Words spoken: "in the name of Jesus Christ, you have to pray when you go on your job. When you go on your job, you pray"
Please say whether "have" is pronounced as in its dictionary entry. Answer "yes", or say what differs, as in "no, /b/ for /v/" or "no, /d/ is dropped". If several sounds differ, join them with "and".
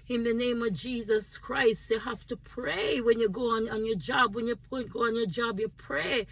no, /f/ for /v/